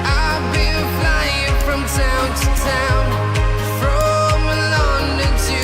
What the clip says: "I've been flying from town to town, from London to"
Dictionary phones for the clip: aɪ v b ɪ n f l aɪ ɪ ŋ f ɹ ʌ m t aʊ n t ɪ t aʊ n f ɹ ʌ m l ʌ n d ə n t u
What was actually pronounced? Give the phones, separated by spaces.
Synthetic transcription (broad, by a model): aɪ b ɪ l f l aɪ ɪ ŋ f ɹ ʌ m t aʊ n t ɪ t aʊ n f ɹ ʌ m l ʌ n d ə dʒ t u